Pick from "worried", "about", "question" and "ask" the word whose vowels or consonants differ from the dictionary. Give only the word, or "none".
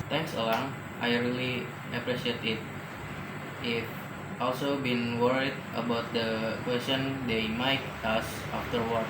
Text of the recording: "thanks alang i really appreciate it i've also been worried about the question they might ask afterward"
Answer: ask